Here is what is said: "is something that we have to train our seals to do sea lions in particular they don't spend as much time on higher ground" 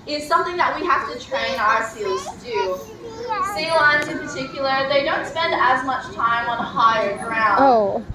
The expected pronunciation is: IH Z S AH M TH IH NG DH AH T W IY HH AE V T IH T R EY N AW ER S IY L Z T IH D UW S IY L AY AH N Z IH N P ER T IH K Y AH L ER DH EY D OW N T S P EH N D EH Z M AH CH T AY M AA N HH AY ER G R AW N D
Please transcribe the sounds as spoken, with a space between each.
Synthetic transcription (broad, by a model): IH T S AH M TH IH NG DH AH T W IY HH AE F T IH T R EY N AW ER S IY L Z T IH D UW S IY L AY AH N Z IH N P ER T IH K Y L ER DH EY D OW N T S P EH N D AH Z M AH CH T AY M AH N HH AY ER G R AW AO